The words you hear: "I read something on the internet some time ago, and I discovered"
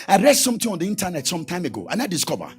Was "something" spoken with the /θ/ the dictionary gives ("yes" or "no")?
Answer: no